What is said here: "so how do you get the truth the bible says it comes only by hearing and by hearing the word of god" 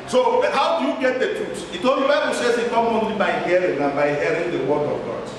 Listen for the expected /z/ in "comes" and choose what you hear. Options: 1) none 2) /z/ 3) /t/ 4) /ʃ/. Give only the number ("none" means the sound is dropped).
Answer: 1